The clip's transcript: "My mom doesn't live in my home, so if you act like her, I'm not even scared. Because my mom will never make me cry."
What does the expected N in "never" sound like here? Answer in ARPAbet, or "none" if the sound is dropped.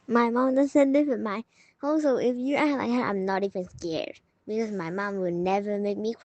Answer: N